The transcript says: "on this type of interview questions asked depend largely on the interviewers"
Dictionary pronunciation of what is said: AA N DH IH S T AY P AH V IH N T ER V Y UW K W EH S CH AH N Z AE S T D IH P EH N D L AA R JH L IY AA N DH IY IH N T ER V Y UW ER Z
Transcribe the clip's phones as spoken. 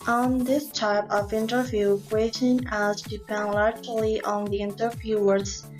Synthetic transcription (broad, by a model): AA N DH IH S T AY P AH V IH N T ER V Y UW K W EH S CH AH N AE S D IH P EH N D L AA R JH L IY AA N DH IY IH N T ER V Y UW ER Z